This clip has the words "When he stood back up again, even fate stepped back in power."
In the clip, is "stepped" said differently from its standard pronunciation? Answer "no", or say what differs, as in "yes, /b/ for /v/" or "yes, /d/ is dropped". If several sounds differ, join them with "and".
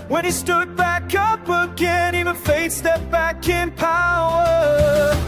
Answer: yes, /p/ is dropped